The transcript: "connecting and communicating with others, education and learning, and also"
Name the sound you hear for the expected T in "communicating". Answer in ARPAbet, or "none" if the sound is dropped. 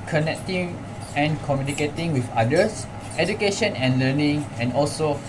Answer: T